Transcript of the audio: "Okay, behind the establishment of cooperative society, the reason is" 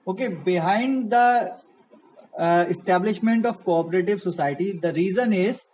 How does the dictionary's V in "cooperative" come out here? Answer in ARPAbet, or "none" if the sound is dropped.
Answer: V